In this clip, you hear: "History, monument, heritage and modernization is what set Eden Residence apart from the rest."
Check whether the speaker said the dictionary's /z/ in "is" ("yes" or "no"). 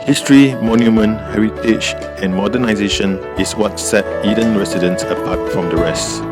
no